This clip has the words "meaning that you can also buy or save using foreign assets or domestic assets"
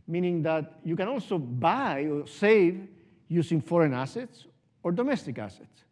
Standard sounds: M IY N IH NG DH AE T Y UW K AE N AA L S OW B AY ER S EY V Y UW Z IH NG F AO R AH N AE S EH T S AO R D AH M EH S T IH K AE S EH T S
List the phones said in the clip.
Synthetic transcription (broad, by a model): M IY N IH NG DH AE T Y UW K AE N AA L S OW B AY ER S EY V Y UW S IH NG F AO R AH N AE S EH T S AO R D AH M EH S T IH K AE S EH T S